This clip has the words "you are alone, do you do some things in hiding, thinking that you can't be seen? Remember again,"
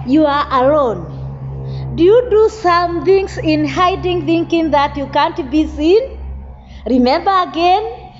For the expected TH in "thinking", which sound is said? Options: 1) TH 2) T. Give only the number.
1